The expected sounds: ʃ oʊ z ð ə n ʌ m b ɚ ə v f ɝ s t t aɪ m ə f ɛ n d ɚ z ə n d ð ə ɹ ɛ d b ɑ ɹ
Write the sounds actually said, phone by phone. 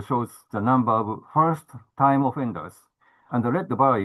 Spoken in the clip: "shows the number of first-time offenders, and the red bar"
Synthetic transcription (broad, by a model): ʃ oʊ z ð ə n ʌ m b ɚ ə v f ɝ s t t aɪ m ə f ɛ n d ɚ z ə n d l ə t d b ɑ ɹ